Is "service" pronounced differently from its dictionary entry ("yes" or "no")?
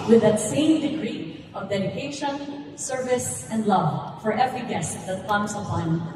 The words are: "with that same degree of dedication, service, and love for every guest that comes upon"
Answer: no